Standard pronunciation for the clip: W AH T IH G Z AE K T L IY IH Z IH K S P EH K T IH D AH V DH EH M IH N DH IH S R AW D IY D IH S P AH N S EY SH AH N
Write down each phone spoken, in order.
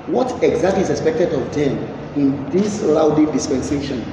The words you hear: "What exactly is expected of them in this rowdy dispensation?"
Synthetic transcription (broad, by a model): W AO T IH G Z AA K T L IY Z IH K S P EH K T IH D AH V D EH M IH N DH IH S L AW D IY D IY S P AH N S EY SH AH N